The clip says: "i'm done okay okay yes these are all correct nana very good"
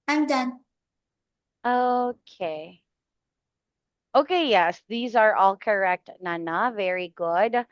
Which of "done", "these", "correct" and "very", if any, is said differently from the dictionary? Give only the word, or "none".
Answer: none